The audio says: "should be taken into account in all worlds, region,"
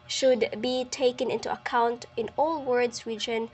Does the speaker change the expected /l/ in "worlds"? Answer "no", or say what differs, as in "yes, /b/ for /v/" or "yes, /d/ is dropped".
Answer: yes, /l/ is dropped